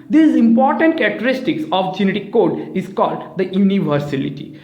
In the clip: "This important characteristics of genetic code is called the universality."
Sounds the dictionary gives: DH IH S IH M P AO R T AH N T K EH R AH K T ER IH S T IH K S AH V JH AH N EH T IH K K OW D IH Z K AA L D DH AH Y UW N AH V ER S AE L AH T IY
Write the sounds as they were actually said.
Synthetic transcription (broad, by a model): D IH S IH M P AO R T AH N T K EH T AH T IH S T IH K S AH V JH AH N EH T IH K K OW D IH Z K AA L D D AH Y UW N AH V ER S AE L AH T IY